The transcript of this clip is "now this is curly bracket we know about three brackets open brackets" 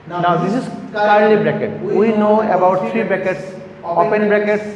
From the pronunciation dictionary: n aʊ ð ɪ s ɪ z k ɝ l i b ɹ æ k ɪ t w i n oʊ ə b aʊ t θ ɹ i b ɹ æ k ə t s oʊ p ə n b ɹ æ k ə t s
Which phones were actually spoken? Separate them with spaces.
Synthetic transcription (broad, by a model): n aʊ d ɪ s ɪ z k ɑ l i b ɹ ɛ k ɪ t w i n oʊ ə b aʊ t t ɹ i b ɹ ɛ k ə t s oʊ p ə n b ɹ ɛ k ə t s